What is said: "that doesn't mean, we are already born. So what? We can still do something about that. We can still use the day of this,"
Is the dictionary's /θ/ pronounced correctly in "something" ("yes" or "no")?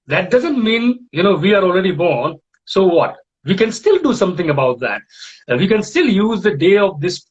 no